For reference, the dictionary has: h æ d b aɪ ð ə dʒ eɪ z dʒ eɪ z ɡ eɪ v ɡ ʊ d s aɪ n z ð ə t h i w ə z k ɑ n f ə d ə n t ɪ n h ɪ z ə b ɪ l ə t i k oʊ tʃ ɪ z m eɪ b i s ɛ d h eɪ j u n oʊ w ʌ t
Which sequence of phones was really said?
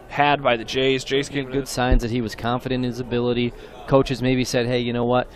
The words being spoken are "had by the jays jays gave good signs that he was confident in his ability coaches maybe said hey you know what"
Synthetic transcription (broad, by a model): h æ d b aɪ ð ə dʒ eɪ z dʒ eɪ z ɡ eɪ ɡ ʊ d s aɪ n z ð ə t h i w ə z k ɑ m f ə d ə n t ɪ n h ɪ z ə b ɪ l ə t i k oʊ tʃ ɪ z m eɪ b i s ɛ d h eɪ j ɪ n oʊ w ʌ t